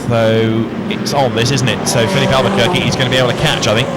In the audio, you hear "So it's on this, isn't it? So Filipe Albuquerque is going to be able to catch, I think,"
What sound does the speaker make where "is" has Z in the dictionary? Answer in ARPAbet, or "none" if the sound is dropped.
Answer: Z